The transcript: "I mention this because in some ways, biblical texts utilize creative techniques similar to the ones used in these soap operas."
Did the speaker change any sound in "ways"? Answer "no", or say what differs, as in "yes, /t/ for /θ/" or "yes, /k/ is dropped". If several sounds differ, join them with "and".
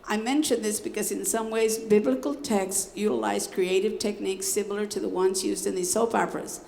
no